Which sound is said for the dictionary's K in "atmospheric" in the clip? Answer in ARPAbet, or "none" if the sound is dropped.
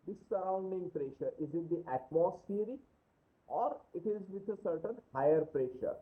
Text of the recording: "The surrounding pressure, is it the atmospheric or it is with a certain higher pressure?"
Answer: none